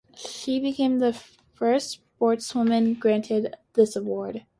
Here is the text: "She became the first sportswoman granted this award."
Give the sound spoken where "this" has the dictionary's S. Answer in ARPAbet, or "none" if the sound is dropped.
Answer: S